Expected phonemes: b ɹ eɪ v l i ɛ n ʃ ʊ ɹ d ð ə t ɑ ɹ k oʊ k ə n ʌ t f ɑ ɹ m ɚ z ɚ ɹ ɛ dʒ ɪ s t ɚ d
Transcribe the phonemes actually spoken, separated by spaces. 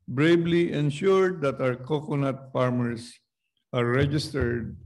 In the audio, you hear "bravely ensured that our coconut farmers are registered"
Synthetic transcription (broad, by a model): b ɹ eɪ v l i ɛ n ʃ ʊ ɹ d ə t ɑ w k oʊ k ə n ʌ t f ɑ ɹ m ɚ s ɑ ɹ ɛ dʒ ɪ s t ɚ d